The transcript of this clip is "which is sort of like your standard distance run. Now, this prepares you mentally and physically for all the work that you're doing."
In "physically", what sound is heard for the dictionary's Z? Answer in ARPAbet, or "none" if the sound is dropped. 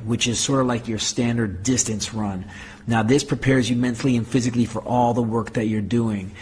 Z